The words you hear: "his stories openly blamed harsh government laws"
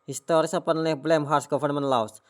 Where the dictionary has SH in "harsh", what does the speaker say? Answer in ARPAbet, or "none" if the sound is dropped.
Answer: S